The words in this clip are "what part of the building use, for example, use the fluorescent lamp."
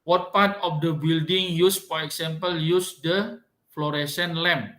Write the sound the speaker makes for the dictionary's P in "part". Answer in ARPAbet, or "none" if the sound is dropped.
P